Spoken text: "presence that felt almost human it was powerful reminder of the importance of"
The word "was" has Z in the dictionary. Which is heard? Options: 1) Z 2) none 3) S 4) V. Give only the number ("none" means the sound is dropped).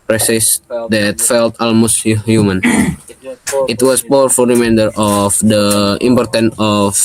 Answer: 3